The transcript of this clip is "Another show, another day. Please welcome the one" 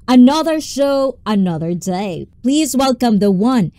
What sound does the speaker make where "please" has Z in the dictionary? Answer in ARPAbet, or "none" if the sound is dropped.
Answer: Z